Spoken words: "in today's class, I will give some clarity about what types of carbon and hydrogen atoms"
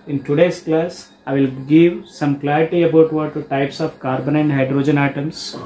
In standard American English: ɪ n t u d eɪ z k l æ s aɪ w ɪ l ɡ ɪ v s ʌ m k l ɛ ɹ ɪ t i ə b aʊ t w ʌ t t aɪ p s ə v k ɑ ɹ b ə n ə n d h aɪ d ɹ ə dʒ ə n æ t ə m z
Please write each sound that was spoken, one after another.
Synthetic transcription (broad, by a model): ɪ n t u d eɪ s k l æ s aɪ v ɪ l ɡ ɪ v s ʌ m k l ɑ ɹ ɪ t i ə b aʊ t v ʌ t t aɪ p s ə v k ɑ ɹ b ə n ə n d h aɪ d ɹ ə dʒ ə n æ t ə m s